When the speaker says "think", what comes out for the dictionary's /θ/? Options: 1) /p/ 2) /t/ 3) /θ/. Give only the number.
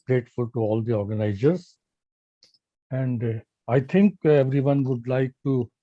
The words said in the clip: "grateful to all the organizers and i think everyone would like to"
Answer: 2